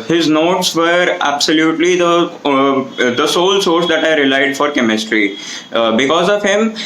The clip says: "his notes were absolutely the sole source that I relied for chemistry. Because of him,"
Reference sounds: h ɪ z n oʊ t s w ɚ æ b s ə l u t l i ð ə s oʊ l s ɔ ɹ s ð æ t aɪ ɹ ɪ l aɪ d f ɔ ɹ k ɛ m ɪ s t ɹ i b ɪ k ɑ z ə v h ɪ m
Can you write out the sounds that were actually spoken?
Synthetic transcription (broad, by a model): h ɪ z n oʊ t s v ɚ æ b s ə l u t l i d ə s oʊ l s ɔ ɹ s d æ t aɪ ɹ ɪ l aɪ d f ɔ ɹ k ɛ m ɪ s t ɹ i b ɪ k ɑ z ə v h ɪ m